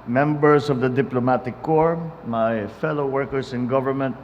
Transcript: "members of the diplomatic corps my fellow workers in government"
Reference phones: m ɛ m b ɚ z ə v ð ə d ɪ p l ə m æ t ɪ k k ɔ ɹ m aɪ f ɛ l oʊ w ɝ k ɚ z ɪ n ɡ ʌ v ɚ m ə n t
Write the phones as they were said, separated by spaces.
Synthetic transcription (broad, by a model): m ɛ m b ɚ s ə v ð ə d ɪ p l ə m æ t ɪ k k ɔ ɹ m aɪ f ɛ l oʊ w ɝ k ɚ s ɪ n ɡ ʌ v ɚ m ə n t